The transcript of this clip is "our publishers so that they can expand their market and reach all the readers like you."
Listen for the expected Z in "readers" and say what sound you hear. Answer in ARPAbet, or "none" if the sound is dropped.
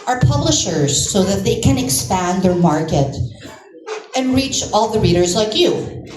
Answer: Z